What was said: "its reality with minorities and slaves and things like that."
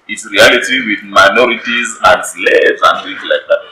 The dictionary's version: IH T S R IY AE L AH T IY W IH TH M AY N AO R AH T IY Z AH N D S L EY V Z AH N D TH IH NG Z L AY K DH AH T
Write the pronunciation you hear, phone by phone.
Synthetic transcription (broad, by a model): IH T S R IY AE L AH T IY W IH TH M AY N AO R AH T IY Z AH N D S L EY Z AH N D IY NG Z L AY K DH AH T